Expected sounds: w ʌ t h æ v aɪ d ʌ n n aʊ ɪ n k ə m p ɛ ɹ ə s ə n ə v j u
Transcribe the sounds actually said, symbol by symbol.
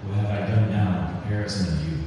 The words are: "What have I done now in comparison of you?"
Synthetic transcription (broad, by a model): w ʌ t h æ v aɪ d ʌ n n aʊ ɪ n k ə p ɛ ɹ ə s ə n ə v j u